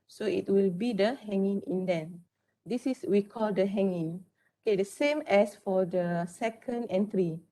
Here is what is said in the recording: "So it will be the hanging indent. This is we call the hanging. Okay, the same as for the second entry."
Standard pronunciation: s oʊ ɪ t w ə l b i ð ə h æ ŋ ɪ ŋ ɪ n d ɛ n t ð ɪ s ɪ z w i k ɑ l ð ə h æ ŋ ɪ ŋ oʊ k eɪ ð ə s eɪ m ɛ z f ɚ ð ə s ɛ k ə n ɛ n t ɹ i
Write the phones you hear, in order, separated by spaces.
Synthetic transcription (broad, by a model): s oʊ ɪ t w ə l b i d ə h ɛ ŋ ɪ ŋ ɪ n d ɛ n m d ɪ s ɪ s w i k ɑ l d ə h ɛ ŋ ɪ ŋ oʊ k eɪ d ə s eɪ m ɛ s f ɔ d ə s ɛ k ə n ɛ n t ɹ i